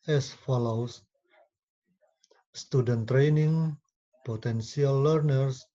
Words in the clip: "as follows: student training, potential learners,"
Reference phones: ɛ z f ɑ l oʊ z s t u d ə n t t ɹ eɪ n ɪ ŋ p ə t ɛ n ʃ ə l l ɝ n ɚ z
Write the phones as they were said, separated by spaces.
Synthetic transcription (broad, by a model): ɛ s f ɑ l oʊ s s t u d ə n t t ɹ eɪ n ɪ ŋ p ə t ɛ n s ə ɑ l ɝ n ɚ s